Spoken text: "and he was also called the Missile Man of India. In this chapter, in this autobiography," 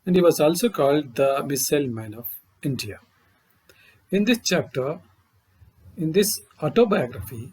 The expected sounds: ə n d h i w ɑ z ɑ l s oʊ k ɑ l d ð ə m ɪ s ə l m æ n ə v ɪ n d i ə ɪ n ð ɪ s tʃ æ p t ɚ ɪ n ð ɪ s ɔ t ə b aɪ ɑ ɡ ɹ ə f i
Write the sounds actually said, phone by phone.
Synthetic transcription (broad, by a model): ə n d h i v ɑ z ɑ l s oʊ k ɑ l d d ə m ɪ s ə l m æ n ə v ɪ n d i ə ɪ n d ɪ s tʃ æ p t ɚ ɪ n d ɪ s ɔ t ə b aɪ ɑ ɡ ɹ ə f i